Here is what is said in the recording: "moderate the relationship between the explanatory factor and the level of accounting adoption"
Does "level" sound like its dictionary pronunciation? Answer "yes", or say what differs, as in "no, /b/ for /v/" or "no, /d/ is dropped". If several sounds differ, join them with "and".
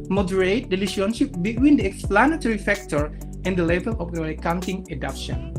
no, /b/ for /v/